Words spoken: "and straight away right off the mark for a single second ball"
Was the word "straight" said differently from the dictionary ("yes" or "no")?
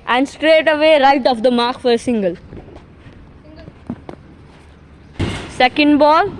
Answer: no